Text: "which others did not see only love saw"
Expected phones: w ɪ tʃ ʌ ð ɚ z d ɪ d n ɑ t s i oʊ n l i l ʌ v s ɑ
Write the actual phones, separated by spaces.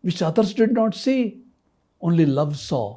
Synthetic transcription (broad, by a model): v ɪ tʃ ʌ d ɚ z d ɪ d n ɑ t s i oʊ n l i l ʌ v s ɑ